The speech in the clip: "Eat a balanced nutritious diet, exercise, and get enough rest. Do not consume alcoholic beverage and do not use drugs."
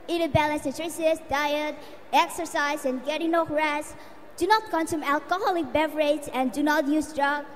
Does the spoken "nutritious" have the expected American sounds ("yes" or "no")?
no